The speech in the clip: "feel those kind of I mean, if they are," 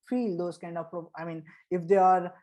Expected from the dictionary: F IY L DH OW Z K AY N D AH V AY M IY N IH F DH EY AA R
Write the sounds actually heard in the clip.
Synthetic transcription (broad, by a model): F IY L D OW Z K AY N D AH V AY M IY N IH F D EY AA R